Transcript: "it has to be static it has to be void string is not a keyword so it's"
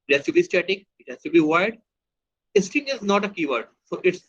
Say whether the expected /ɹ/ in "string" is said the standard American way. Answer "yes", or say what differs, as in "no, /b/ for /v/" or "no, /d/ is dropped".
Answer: no, /ɹ/ is dropped